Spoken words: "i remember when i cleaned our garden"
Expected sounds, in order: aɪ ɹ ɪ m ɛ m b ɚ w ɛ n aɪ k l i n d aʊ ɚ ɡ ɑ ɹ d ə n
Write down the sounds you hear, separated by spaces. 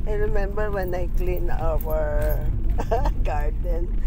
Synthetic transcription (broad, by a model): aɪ ɹ ɪ m ɛ m b ɚ w ɛ n aɪ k l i n aʊ ɚ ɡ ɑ ɹ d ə n